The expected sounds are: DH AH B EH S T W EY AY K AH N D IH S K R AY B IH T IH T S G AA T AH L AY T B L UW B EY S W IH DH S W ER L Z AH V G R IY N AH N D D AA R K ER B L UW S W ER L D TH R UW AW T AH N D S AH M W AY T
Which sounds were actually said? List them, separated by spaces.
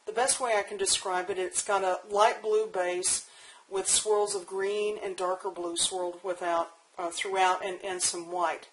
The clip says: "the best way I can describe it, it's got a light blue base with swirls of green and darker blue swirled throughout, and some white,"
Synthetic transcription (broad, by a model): DH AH B EH S T W EY AY K N D IH S K R AY B IH T IH T S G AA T AH L AY T B L UW B EY S W IH DH S W ER L Z AH V G R IY N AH N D D AA R K ER B L UW S W ER L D TH R UW AW T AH N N S AH M W AY T